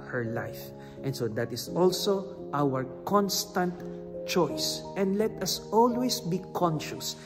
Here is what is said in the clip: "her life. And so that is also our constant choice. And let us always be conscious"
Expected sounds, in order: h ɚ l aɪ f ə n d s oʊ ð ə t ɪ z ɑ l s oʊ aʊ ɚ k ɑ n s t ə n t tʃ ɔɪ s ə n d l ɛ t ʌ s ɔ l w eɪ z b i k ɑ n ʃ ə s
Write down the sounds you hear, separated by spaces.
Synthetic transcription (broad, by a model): h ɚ l aɪ f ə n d s oʊ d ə t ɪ s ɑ l s oʊ aʊ ɚ k ɑ n s t ə n t tʃ ɔɪ s ə n d l ɛ t ʌ s ɔ l w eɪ s b i k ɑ n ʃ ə s